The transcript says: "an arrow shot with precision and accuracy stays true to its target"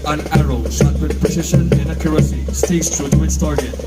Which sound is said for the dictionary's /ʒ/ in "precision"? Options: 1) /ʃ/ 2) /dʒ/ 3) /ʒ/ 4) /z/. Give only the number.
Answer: 1